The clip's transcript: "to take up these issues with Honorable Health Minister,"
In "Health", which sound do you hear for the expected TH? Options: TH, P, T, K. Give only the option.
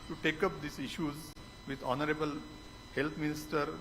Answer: T